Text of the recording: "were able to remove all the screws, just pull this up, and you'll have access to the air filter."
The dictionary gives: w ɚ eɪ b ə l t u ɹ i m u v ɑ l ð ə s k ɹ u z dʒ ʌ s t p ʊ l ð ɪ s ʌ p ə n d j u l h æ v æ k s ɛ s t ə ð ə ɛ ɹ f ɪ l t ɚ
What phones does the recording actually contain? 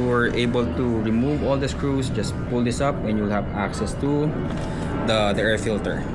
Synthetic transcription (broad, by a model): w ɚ eɪ b ə l t u ɹ i m u v ɑ l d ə s k ɹ u s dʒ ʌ s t p ʊ l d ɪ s ʌ p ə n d j u l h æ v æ k s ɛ s t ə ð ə ɛ ɹ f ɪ l t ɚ